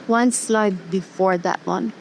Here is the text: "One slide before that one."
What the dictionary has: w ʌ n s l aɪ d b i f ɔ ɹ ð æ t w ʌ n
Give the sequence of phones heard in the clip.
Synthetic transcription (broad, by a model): w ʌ n s l aɪ d b i f ɔ ɹ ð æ t w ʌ n